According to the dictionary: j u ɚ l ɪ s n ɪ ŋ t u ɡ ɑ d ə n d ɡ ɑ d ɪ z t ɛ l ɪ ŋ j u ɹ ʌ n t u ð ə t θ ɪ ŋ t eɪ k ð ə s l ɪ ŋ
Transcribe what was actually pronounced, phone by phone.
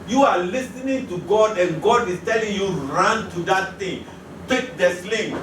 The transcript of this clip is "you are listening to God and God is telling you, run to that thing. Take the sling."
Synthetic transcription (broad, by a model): j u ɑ l ɪ s n ɪ ŋ t u ɡ ɑ d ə n ɡ ɑ d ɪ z t ɛ l ɪ ŋ j u ɹ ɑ n t u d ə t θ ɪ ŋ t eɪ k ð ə s l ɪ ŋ